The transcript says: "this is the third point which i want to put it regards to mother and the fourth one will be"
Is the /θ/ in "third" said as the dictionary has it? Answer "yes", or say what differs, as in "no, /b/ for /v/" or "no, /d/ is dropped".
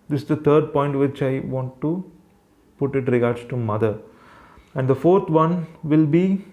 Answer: no, /t/ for /θ/